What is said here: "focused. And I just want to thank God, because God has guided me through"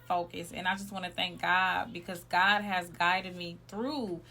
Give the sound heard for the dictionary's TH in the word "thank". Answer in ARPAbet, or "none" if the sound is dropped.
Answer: TH